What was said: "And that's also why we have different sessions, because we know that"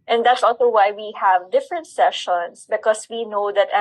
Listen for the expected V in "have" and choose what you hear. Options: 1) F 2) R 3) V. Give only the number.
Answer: 3